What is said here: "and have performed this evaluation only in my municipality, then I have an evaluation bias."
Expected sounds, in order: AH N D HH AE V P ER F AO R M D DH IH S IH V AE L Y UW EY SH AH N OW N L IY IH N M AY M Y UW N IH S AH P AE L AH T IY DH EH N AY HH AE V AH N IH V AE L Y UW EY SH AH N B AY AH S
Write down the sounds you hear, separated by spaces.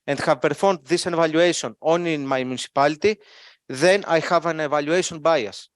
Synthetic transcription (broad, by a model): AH N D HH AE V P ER F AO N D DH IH S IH V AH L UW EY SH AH N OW N IY N M AY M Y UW N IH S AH P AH L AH T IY DH EH N AY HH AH V AH N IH V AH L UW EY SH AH N B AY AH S